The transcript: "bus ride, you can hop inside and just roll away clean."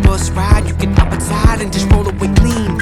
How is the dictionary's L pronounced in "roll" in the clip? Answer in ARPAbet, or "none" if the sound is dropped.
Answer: N